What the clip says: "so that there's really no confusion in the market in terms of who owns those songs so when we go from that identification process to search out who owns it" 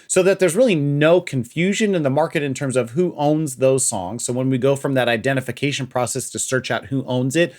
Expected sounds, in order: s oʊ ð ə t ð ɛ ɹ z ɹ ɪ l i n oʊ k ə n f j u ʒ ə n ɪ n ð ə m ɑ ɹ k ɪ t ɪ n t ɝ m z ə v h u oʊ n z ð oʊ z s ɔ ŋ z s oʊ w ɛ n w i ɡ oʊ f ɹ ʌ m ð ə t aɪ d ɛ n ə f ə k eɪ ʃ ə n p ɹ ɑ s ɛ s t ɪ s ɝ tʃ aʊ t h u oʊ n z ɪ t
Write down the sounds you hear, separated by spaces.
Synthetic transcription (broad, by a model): s oʊ ð ə t ð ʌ ɹ z ɹ ɪ l i n oʊ k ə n f j u ʒ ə n ɪ n ð ə m ɑ ɹ k ɪ t ɪ n t ɝ m z ə v h u oʊ n z ð oʊ z s ɔ ŋ z s oʊ w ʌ n w i ɡ oʊ f ɹ ʌ m ð ə t aɪ d ɛ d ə f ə k eɪ ʃ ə n p ɹ ɑ s ɛ s t ɪ s ɝ tʃ aʊ t h u oʊ n z ɪ t